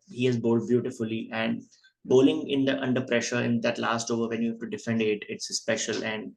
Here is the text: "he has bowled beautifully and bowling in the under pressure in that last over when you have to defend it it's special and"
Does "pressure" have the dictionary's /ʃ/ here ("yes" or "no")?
yes